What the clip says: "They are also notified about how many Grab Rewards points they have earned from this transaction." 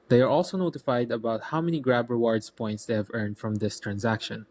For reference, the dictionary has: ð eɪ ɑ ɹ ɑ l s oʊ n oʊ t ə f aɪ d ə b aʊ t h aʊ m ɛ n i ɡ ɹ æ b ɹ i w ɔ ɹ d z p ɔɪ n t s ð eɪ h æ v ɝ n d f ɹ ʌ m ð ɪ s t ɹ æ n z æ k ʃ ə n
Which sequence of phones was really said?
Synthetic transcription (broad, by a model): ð eɪ ɑ ɹ ɑ l s oʊ n oʊ t ə f aɪ d ə b aʊ t h aʊ m ɛ n i ɡ ɹ æ b ɹ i w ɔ ɹ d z p ɔɪ n t s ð eɪ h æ v ɝ n d f ɹ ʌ m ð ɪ s t ɹ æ n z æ k ʃ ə n